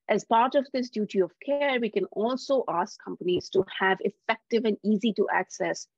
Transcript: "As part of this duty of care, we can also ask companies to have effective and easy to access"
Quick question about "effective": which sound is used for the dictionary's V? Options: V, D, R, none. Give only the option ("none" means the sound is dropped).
V